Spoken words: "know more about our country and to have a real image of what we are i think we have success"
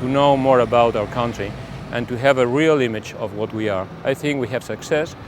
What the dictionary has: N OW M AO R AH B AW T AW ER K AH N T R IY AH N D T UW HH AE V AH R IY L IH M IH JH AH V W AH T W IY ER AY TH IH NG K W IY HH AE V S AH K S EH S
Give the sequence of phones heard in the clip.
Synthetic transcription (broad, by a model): N OW M AO R AH B AW T AW ER K AH N T R IY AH N T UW HH AE V AH R IY L IH M IH JH AH V W AH T W IY ER AY TH IH NG K W IY HH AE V S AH K S EH S